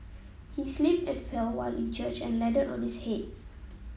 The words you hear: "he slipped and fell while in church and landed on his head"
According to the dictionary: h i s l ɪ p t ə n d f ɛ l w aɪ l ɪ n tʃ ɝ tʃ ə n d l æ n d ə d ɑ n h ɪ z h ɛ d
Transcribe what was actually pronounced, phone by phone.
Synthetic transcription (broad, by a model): h i s l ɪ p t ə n f ɛ l w aɪ l ɪ n tʃ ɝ tʃ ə n l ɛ d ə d ɑ n h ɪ s h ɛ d